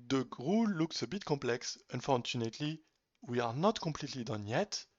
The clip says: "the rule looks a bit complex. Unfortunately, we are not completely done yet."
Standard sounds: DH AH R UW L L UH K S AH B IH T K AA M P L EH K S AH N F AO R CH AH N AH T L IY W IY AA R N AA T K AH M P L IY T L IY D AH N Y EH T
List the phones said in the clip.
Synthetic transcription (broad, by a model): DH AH R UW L L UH K S AH B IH T K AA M P L EH K S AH N F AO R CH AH N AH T L IY W IY AA R N AA T K AH M P L IY T L IY D AH N Y EH T